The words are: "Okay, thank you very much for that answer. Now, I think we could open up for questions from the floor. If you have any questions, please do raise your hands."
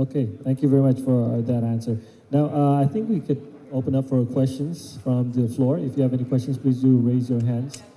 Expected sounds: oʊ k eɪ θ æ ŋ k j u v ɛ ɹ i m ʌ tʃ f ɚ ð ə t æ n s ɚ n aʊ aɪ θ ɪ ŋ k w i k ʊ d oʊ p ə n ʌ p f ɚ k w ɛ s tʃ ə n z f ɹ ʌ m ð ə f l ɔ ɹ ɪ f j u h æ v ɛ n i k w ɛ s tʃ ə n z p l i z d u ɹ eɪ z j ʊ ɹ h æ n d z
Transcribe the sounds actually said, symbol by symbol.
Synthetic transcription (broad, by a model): oʊ k eɪ θ æ ŋ k j u v ɛ ɹ i m ʌ tʃ f ɚ ð ə t æ n s ɚ n aʊ aɪ θ ɪ ŋ k w i k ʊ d oʊ p ə n ʌ p f ɚ k w ɛ s tʃ ə n z f ɹ ʌ m ð ə f l ɔ ɹ ɪ f j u v ɛ n i k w ɛ s tʃ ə n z p l i z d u ɹ eɪ z j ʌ ɹ h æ n d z